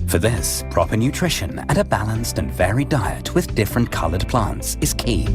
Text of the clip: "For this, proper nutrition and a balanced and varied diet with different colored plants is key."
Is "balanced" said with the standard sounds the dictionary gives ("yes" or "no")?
yes